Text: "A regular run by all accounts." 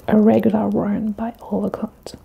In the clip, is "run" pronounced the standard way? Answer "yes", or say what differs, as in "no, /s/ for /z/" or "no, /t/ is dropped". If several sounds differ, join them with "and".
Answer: no, /w/ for /ɹ/